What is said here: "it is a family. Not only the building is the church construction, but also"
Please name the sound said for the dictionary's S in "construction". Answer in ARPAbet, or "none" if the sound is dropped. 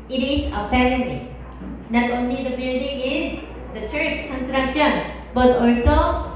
S